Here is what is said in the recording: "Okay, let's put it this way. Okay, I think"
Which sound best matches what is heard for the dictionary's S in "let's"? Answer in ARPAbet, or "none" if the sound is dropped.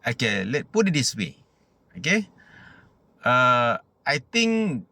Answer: none